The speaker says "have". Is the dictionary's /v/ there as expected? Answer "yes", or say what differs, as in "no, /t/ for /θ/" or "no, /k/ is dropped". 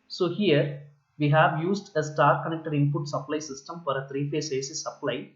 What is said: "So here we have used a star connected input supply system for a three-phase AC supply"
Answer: yes